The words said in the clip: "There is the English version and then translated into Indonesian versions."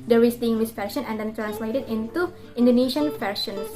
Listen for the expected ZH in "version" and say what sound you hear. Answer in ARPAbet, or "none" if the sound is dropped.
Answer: SH